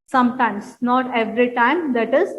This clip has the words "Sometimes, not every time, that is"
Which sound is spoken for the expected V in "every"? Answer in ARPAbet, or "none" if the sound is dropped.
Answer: V